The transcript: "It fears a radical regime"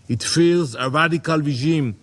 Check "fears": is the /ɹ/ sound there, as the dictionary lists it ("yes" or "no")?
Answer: no